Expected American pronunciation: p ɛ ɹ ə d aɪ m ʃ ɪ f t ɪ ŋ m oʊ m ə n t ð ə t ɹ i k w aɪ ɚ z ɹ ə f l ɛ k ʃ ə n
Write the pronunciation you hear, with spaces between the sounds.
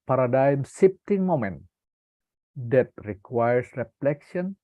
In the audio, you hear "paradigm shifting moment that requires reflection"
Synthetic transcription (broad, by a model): p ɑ ɹ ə d aɪ m s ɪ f t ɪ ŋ m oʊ m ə n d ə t ɹ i k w aɪ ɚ s ɹ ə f l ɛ k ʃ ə n